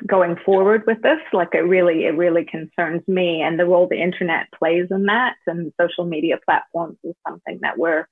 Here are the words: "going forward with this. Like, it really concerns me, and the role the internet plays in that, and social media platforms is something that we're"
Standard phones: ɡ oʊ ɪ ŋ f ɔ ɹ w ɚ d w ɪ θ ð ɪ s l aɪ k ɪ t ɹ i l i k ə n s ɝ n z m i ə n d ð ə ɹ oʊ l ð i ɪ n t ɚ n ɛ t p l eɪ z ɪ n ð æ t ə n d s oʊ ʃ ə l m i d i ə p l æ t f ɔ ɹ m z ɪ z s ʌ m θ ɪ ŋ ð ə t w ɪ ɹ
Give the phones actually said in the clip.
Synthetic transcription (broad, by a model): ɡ oʊ ɪ ŋ f ɔ ɹ w ɚ d w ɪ ð ɪ s l aɪ k ɪ t ɹ i l i k ə n s ɝ n z m i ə n ð ə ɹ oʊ l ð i ɪ n t ɚ n ɛ t p l eɪ z ɪ n ð æ t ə n s oʊ ʃ l m i d i ə p l æ t f ɔ ɹ m z ɪ z s ʌ m θ ɪ ŋ ð ə t w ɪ ɹ